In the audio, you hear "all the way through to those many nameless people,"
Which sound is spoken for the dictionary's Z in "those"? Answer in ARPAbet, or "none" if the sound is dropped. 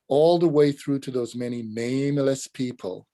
Z